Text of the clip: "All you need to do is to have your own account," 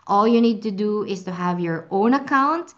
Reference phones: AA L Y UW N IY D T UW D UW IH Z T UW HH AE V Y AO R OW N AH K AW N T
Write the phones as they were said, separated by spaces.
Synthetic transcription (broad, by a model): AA L Y UW N IY D T UW D UW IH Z T UW HH AE V Y AO R OW N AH K AW N T